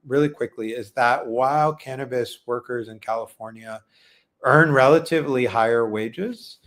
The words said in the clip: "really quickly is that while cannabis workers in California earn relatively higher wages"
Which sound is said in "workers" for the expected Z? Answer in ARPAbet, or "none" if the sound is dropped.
Z